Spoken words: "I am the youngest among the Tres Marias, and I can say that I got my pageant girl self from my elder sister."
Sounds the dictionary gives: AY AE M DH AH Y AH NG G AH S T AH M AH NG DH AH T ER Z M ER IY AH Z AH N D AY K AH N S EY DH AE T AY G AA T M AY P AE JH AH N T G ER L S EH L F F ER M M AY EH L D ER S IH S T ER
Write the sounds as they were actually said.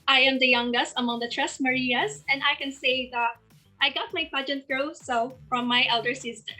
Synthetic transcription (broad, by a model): AY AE M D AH Y AH NG G AH S T AH M AH NG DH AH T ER S M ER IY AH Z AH N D AY K AH N S EY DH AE T AY G AA T M AY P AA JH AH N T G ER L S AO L F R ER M M AY EH L D ER S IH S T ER